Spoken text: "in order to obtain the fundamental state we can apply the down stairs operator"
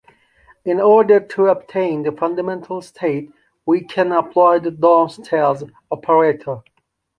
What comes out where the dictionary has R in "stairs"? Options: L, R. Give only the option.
L